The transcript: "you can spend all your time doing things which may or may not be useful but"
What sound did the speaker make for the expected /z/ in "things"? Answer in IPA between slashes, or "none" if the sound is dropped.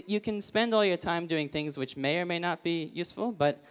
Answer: /z/